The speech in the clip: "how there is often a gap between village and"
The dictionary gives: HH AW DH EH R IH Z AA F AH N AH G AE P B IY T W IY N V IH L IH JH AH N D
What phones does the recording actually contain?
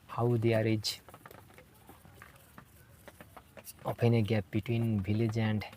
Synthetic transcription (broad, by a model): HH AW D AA R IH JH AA P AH N AH G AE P B IY T W IY N B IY L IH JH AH N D